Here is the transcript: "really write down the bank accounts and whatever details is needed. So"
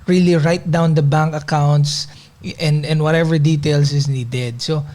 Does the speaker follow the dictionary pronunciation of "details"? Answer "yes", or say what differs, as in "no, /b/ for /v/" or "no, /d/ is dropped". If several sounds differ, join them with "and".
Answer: no, /s/ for /z/